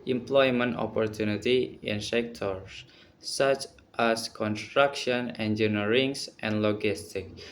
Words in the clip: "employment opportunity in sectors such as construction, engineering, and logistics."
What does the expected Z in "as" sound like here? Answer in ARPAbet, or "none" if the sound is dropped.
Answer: S